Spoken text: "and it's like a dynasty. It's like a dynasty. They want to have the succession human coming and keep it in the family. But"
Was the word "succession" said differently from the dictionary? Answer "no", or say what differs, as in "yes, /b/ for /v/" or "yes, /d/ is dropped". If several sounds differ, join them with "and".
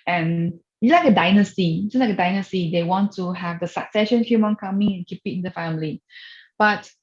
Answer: no